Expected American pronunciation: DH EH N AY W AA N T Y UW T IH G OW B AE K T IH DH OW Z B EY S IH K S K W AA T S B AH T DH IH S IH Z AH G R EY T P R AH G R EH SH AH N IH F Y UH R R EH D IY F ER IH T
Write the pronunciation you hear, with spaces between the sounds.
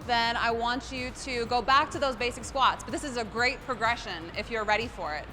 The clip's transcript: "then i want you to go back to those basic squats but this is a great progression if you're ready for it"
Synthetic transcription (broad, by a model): DH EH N AY W AA N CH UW T IH G OW B AE K T IH DH OW Z B EY S IH K S K W AA T S B AH T DH IH S IH Z AH G R EY T P R AH G R EH SH AH N IH F Y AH R R EH D IY F ER IH T